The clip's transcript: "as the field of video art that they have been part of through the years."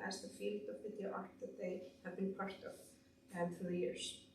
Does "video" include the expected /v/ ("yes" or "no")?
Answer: no